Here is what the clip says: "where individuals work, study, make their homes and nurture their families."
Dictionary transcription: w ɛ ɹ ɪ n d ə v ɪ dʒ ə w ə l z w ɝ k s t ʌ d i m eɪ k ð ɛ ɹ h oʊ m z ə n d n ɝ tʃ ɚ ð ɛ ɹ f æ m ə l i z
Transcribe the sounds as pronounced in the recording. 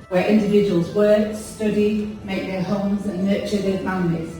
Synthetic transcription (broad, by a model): w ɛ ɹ ɪ n d ə v ɪ dʒ ə w ə l z w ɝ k s t ʌ d i m eɪ k ð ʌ h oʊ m z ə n n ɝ tʃ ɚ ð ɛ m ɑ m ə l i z